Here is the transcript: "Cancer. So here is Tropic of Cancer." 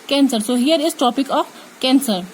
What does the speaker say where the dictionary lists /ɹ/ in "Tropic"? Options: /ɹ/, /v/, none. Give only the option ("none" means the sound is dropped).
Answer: none